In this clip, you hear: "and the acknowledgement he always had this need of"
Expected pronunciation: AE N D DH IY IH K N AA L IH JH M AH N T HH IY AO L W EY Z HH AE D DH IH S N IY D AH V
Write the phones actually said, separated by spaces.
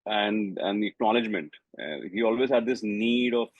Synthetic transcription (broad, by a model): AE N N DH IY IH K N AA L IH JH M AH N T HH IY AO L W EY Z HH AE D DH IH S N IY D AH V